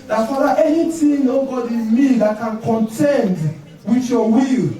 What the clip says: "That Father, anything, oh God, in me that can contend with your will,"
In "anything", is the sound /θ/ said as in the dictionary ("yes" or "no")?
no